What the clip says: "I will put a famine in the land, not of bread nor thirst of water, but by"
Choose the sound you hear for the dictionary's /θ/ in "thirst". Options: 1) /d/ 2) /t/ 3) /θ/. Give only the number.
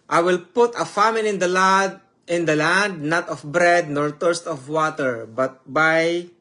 2